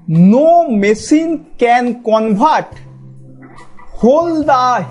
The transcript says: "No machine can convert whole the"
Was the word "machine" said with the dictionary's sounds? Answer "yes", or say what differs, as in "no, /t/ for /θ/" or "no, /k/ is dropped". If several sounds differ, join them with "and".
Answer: no, /s/ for /ʃ/